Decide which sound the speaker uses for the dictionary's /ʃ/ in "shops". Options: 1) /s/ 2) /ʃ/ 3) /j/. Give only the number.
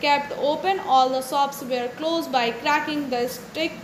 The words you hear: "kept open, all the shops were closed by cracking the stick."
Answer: 1